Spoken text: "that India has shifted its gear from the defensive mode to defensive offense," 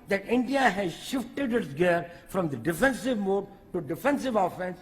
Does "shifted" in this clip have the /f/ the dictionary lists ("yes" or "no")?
yes